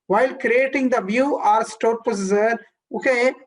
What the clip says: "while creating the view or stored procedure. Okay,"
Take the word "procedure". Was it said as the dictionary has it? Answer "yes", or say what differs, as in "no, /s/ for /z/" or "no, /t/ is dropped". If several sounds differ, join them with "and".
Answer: no, /ɹ/ is dropped and /z/ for /dʒ/